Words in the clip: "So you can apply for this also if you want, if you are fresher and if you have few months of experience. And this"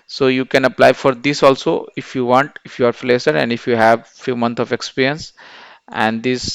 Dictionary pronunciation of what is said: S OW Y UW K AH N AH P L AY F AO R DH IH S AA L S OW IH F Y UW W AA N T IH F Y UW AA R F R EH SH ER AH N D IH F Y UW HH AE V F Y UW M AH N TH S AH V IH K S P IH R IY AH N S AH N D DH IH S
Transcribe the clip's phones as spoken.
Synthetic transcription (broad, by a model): S OW Y UW K AH N AH P L AY F AO R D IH S AA L S OW IH F Y UW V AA N T IH F Y UW AA R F L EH S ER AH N D IH F Y UW HH AE V F Y UW M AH N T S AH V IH K S P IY R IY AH N S AH N D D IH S